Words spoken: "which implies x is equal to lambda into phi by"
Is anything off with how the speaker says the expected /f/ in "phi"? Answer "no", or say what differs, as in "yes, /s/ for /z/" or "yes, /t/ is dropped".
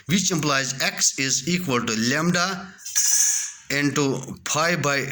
yes, /p/ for /f/